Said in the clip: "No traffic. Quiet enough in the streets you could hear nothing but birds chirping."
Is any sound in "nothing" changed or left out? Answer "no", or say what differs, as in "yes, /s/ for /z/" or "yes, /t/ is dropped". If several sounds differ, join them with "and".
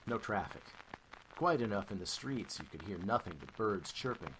no